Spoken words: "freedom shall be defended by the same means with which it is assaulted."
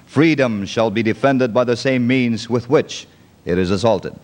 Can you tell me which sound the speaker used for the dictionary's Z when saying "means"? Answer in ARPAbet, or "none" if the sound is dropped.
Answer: Z